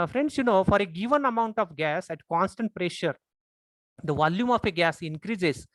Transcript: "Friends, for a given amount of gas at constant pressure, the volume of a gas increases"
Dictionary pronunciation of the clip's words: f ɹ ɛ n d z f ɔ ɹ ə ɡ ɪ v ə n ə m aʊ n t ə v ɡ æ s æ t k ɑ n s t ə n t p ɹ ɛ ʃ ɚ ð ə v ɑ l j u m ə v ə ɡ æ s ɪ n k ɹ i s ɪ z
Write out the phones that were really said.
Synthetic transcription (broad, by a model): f ɹ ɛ n d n f ɔ ɹ ə ɡ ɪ v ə n ə m aʊ n t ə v ɡ æ s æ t k ɑ n s t ə n t p ɹ ɛ ʃ ɚ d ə v ɑ l j u m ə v ə ɡ æ s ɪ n k ɹ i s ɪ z